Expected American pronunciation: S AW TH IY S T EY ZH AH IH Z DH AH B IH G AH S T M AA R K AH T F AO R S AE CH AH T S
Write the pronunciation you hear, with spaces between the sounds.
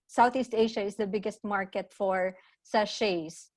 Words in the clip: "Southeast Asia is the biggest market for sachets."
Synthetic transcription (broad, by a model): S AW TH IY S T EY SH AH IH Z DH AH B IH G AH S T M AA R K AH T F AO R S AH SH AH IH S